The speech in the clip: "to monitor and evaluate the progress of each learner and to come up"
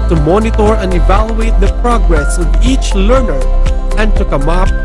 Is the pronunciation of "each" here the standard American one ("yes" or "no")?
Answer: yes